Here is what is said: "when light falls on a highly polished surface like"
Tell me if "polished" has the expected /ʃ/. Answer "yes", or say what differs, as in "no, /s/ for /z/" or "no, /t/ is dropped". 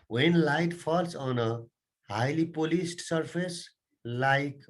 no, /s/ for /ʃ/